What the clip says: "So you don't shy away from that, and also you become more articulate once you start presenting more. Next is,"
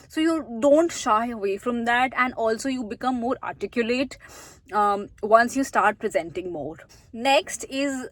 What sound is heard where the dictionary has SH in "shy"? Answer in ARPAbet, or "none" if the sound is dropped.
SH